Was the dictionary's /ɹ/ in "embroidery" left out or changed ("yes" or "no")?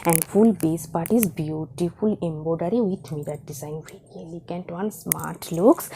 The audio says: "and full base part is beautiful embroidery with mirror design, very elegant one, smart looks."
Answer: yes